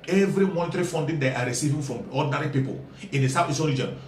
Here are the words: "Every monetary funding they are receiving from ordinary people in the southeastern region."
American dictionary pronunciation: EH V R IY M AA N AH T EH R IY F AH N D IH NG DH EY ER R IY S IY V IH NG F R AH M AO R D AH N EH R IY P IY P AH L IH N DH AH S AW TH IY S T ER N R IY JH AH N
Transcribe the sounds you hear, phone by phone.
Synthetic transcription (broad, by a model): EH V R IY M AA N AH T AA R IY F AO N D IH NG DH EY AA R IY S IY V IH NG F R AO M AO D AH N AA R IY P IY P AH L IH N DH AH S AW F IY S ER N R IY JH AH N